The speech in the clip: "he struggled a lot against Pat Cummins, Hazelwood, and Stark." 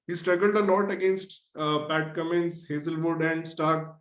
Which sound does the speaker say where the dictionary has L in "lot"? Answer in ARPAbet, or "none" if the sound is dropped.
N